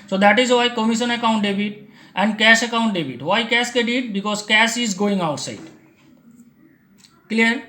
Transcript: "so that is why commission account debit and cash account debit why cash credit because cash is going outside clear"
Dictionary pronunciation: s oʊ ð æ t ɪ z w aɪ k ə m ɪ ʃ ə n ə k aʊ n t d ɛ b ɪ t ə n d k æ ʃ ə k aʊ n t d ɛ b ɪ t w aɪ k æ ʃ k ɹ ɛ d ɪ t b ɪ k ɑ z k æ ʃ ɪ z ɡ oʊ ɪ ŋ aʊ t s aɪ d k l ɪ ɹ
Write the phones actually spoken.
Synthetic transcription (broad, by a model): s oʊ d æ t ɪ z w aɪ k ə m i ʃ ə n ə k aʊ n t d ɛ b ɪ t ə n d k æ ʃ ə k aʊ n t d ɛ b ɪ t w aɪ k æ s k ɛ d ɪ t b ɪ k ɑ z k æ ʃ ɪ z ɡ oʊ ɪ ŋ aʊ t s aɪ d k l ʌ ɹ